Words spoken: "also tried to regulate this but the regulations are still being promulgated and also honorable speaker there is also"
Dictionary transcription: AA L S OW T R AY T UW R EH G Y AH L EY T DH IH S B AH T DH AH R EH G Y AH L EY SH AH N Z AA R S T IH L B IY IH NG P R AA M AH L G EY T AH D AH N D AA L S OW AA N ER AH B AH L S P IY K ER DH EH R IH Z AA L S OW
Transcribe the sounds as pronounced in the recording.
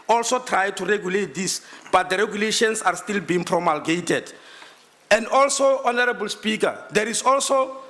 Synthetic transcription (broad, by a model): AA L S OW T R AY T UW R EH G Y AH L EY T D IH S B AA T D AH R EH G Y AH L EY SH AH N S AA R S T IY L B IY IH NG P R AA M AH L G EY T AH D AH N D AA L S OW AA N ER AH B AH L S P IY K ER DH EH R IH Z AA L S OW